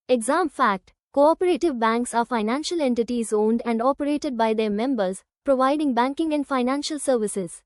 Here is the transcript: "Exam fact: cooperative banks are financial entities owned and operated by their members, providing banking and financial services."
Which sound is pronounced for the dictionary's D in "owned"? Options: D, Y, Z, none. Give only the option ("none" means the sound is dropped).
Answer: D